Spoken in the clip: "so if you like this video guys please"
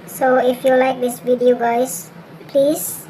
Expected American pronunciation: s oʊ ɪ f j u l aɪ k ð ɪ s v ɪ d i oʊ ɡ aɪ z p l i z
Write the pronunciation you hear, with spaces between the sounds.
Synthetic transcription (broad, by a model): s oʊ ɪ f j u l aɪ k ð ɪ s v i d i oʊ ɡ aɪ s p l i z